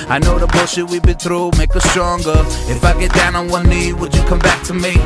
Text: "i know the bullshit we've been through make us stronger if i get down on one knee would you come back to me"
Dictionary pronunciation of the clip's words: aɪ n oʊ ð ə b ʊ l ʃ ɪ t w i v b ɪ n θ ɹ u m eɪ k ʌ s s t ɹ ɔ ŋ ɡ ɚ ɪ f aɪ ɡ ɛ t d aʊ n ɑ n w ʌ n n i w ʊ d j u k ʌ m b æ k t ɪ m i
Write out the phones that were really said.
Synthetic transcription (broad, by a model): aɪ n oʊ ð ə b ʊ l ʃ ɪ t w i b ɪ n θ ɹ u m eɪ k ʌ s s t ɹ ɔ ŋ ɡ ɚ ɪ f aɪ ɡ ɛ t d aʊ n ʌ n w ʌ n n i w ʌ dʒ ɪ k ʌ m b æ k t ɪ m i